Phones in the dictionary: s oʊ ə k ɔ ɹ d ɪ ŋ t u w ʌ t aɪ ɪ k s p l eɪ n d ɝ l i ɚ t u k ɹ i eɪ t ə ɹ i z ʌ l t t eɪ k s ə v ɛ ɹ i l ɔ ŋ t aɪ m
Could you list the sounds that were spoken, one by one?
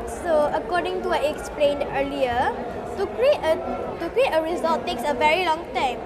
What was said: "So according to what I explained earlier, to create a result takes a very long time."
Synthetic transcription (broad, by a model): s oʊ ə k ɔ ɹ d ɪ ŋ t u aɪ ɪ k s p l eɪ n d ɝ l i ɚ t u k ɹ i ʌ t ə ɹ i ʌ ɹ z t eɪ k s ə v ɛ ɹ i l ɔ ŋ t aɪ m